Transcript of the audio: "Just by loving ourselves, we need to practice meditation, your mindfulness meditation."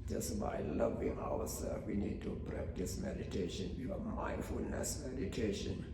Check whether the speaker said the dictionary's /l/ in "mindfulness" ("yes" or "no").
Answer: yes